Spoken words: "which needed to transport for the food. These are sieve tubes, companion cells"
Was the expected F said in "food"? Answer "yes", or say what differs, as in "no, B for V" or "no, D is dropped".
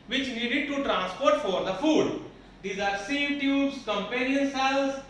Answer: yes